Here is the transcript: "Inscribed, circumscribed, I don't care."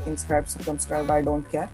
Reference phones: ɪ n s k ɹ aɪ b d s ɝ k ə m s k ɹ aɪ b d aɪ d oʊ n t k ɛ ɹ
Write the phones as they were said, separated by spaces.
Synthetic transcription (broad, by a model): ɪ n s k ɹ aɪ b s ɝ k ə m s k ɹ aɪ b aɪ d oʊ n t k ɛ ɹ